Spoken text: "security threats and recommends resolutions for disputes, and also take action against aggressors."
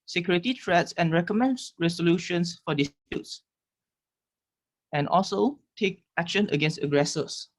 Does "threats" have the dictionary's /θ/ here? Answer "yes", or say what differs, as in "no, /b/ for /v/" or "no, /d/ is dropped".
no, /t/ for /θ/